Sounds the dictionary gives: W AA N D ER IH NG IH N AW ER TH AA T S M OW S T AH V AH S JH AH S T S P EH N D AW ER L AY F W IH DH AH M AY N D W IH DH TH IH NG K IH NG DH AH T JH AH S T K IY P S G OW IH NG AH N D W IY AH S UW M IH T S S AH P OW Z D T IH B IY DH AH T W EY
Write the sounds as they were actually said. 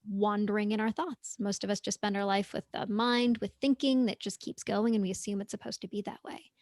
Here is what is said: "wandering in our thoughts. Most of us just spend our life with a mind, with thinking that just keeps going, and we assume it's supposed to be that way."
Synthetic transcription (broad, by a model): W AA N D ER IH NG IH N AW ER TH AA T S M OW S T AH V AH S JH AH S S P EH N D AW ER L AY F W IH DH AH M AY N D W IH DH TH IH NG K IH NG DH AH T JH AH S K IY P S G OW IH NG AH N W IY AH S UW M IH T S S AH P OW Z T IH B IY DH AH T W EY